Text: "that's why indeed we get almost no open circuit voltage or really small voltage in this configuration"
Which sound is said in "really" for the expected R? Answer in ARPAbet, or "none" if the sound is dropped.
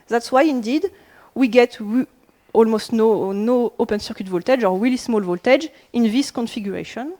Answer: W